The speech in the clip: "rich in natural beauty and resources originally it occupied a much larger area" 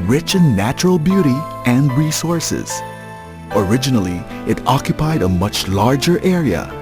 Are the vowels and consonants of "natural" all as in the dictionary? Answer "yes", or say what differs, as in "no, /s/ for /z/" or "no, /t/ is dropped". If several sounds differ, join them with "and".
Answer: yes